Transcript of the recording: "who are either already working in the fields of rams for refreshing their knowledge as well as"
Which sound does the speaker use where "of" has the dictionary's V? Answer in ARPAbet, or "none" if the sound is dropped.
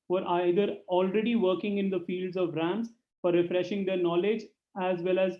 V